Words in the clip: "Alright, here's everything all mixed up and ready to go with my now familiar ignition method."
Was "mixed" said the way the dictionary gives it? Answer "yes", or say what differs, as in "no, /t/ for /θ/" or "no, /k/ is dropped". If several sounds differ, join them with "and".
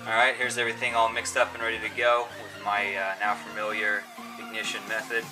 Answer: yes